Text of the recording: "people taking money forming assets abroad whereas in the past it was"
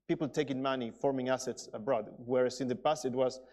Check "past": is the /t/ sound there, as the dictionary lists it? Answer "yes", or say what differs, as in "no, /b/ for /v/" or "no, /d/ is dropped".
no, /t/ is dropped